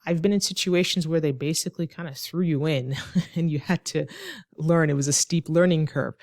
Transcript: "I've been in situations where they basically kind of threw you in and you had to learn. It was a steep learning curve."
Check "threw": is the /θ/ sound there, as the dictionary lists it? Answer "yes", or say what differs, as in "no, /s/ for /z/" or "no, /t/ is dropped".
yes